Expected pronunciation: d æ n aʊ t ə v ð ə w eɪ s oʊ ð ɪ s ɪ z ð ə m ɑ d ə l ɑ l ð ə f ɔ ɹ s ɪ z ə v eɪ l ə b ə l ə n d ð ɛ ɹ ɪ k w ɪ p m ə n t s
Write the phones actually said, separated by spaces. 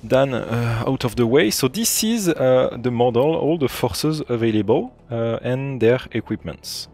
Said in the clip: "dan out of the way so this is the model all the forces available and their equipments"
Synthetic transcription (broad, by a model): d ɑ n aʊ t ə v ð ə w eɪ s oʊ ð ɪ s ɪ z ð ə m ɑ d ə l ɑ l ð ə f ɔ ɹ s ɪ z ə v eɪ l ə b ə l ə n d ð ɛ ɹ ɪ k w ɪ p m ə n t s